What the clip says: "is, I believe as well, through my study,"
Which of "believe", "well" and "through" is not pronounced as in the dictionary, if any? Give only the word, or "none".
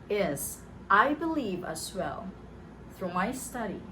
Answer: none